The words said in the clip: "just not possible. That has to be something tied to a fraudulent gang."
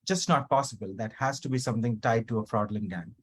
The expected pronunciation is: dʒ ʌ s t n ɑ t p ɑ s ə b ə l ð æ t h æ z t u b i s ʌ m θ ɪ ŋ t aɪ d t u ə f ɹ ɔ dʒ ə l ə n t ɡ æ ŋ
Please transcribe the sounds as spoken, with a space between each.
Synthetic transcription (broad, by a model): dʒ ʌ s t n ɑ t p ɑ s ə b ə l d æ t h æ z t u b i s ʌ m t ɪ ŋ t aɪ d t u ə f ɹ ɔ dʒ l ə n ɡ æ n